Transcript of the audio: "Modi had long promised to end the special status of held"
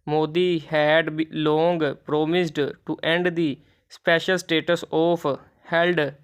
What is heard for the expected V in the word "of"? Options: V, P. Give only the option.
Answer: P